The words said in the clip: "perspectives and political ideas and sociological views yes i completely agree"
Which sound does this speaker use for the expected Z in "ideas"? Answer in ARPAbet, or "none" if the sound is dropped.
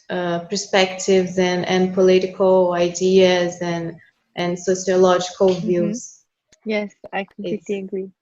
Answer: Z